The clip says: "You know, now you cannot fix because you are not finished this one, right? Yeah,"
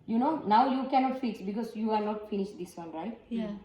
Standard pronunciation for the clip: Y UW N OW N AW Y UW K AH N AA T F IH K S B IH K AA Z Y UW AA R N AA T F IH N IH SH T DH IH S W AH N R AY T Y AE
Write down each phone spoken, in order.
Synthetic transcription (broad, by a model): Y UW N OW N AW Y UW K AH N AA T F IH S B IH K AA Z Y UW AA R N AA T F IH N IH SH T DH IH S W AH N R AY T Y